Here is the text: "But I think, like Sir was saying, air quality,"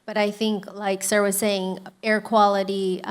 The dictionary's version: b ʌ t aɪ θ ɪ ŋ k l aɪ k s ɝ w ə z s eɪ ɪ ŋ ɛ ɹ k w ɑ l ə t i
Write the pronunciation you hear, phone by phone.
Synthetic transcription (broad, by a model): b ʌ t aɪ θ ɪ ŋ k l aɪ k s ɝ w ə z s eɪ ɪ ŋ ɛ ɹ k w ɑ l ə t i